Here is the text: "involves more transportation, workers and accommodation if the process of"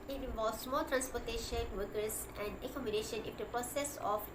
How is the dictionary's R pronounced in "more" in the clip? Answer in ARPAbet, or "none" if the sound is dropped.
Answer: L